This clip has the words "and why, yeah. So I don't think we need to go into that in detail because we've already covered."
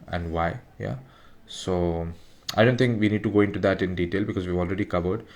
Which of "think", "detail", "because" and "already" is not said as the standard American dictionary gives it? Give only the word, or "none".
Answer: think